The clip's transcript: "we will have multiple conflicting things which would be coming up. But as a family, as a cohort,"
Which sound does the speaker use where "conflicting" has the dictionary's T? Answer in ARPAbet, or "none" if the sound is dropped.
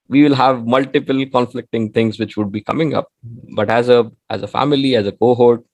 T